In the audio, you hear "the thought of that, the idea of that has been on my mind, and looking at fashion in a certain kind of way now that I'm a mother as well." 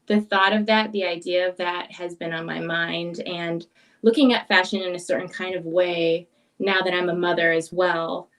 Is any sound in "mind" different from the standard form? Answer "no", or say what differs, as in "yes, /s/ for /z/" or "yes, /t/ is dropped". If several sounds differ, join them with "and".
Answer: no